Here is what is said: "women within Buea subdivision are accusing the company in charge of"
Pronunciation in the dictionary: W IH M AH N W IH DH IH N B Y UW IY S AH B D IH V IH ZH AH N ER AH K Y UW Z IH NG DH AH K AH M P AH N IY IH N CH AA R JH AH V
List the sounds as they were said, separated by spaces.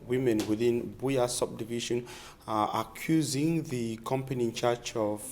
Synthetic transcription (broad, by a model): W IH M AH N W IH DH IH N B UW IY S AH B D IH V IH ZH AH N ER AH K Y UW Z IH NG DH AH K AH M P AH N IY IH N CH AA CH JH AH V